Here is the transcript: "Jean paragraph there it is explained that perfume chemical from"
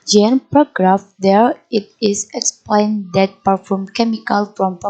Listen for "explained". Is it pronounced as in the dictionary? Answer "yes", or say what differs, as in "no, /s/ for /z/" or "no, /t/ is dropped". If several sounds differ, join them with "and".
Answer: yes